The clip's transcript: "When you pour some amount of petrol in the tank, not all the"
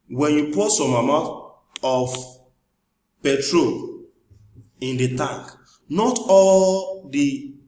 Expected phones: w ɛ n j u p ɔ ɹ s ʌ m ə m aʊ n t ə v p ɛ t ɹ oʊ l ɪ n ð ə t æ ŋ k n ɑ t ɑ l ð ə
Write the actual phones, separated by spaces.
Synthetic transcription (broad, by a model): w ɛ n j u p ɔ s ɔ m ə m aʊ t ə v p ɛ t ɹ oʊ l ɪ n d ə t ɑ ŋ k n ɑ t ɑ l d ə